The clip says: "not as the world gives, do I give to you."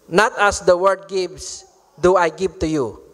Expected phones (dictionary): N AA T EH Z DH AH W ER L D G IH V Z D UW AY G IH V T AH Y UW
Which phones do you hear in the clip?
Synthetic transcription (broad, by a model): N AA T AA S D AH W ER D G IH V S D UW AY G IH V T AH Y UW